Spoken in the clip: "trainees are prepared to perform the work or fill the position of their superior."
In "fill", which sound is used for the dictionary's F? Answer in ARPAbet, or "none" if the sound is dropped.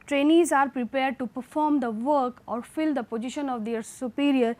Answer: F